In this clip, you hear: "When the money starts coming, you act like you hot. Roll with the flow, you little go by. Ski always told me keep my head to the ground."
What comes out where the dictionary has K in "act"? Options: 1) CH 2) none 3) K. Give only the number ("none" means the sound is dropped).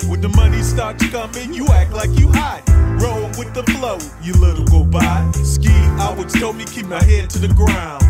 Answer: 3